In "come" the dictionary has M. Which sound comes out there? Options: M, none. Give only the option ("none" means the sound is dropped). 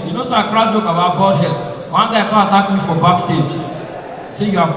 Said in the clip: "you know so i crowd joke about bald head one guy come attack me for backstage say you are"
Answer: none